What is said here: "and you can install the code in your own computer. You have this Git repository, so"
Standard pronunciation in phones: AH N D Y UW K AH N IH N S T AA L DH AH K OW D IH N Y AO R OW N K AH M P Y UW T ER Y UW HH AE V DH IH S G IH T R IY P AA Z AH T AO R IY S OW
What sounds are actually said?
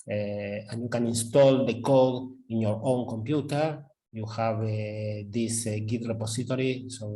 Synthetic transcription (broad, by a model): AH N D Y UW K AH N IH N S T AA L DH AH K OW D IH N Y AO R OW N K AH M P Y UW T ER Y UW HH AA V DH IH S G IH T R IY P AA S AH T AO R IY S OW